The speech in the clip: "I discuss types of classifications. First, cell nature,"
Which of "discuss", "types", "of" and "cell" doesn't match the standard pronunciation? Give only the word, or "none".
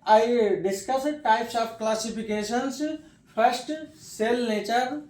of